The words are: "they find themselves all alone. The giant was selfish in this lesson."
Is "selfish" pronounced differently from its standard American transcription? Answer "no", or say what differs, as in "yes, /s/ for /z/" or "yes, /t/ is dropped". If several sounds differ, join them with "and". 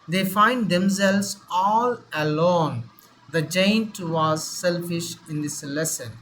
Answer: no